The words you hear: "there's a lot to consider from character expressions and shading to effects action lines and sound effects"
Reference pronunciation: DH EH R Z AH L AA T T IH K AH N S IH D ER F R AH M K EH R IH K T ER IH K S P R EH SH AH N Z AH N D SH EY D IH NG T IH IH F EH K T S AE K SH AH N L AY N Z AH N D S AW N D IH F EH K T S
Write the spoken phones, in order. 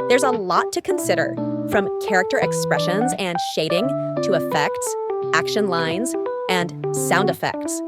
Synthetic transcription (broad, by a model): DH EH R Z AH L AA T T IH K AH N S IH D ER F R AH M K EH R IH K T ER IH K S P R EH SH AH N Z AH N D SH EY D IH NG T IH IH F EH K T S AE K SH AH N L AY N Z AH N S AW N D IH F EH K T S